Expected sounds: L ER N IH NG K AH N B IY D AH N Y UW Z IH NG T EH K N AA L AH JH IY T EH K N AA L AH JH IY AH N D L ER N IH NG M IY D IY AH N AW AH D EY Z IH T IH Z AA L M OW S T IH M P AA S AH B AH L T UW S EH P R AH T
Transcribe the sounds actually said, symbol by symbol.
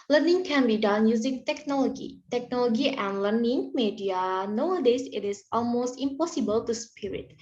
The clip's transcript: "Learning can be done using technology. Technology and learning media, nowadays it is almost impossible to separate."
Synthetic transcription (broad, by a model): L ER N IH NG K AH N B IY D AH N Y UW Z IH NG T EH K N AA L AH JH IY T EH K N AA L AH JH IY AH N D L ER N IH NG M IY D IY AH N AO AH D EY S IH T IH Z AA L M OW S T IH M P AA S AH B AH L T UW S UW P R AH T